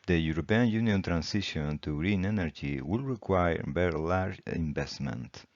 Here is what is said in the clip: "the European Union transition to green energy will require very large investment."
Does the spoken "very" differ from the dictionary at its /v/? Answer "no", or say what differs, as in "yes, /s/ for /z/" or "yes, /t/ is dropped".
yes, /b/ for /v/